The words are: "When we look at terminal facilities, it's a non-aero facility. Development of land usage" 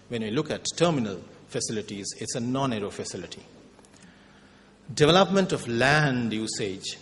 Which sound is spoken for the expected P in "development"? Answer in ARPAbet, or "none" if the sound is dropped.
P